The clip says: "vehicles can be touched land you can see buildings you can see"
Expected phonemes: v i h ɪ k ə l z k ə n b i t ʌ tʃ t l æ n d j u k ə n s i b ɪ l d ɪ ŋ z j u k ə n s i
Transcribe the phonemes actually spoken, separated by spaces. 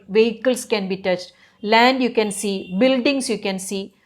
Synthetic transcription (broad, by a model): v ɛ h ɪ k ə l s k ə n b i t ʌ tʃ t l æ n d j u k ə n s i b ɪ l d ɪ ŋ s j u k ə n s i